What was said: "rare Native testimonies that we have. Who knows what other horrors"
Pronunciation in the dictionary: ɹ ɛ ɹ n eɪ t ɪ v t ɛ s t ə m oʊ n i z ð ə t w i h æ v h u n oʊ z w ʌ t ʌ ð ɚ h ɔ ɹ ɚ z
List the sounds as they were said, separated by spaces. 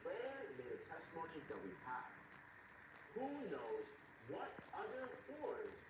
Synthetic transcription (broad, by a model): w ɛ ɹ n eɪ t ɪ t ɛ s t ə m oʊ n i z ð ə t w i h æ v h u n oʊ z w ʌ t ʌ ð ɚ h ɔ ɹ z